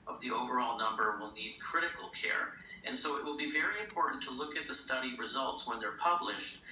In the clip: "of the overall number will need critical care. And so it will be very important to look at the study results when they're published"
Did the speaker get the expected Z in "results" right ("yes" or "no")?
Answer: yes